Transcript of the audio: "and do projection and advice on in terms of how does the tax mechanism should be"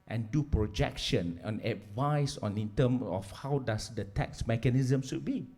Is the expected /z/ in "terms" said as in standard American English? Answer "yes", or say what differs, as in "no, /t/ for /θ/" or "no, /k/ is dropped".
no, /z/ is dropped